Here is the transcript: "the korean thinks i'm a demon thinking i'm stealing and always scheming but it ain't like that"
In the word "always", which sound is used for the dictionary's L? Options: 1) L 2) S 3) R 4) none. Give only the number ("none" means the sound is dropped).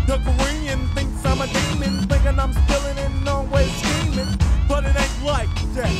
4